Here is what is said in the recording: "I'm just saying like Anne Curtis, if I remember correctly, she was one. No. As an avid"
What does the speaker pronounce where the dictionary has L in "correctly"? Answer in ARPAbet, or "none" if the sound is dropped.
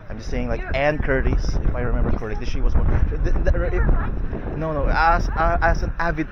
none